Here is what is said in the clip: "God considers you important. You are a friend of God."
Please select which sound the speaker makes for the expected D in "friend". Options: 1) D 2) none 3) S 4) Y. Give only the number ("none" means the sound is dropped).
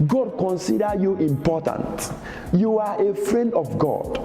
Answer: 1